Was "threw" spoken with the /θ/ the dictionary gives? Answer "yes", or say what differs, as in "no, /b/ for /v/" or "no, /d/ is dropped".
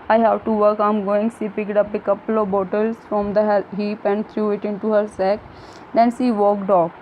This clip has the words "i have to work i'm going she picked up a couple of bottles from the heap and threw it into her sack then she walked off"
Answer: no, /t/ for /θ/